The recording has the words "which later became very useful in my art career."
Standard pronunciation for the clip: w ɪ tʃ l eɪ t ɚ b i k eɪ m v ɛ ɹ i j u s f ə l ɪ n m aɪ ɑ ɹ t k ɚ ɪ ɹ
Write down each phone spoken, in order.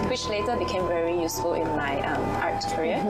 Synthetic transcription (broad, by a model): w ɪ tʃ l eɪ t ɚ b i k eɪ m v ɛ ɹ i j u s f ə l ɪ n m aɪ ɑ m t k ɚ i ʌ